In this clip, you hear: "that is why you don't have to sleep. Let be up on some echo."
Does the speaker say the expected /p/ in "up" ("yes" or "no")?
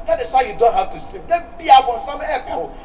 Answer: no